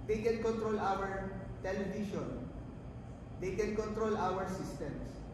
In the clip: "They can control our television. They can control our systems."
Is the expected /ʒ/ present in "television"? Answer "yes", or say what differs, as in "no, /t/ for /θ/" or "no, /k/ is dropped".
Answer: no, /ʃ/ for /ʒ/